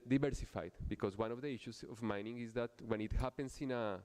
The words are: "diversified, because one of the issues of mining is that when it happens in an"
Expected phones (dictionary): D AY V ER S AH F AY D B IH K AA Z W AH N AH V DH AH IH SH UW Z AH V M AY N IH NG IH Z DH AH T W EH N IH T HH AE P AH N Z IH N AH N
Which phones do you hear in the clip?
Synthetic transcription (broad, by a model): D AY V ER S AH F AY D B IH K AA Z W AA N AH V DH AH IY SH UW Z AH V M AY N IH NG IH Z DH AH T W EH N IH T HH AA P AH N S IH N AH